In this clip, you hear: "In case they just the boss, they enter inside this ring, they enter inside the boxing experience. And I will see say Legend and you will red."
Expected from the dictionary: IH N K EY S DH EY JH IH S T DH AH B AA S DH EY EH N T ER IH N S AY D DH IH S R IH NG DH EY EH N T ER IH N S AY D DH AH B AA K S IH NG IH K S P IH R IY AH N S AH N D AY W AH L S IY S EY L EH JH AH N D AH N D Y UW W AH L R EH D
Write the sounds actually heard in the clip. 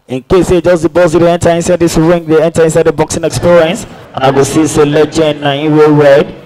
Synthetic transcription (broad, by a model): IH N K EY S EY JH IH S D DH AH B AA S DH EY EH N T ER IH N S AY D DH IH S R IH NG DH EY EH N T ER IH N S AY D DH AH B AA K S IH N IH K S P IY R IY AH N S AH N AY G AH S IY S EY L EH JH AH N AH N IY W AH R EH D